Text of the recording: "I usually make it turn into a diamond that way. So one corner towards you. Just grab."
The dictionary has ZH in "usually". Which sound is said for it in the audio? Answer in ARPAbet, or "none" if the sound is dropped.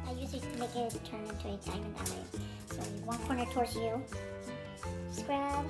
S